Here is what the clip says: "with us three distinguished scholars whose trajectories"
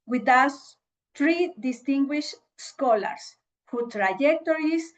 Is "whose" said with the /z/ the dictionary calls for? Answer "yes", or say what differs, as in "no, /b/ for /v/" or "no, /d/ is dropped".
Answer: no, /z/ is dropped